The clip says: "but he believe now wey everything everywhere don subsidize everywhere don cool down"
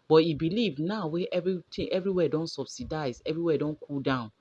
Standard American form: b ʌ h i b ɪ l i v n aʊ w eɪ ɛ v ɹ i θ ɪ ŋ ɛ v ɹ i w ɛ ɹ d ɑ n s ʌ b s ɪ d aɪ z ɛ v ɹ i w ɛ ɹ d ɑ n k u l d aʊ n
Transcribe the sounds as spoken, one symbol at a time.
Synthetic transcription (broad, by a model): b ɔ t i b ɪ l i v n aʊ w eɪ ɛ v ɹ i t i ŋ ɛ v ɹ i w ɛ d ɑ n s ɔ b s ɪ d aɪ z ɛ v ɹ i w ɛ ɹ d ɑ n k u l d aʊ n